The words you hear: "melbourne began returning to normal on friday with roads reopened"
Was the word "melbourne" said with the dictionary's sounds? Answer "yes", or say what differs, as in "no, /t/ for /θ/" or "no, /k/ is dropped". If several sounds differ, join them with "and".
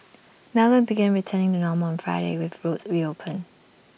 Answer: no, /b/ is dropped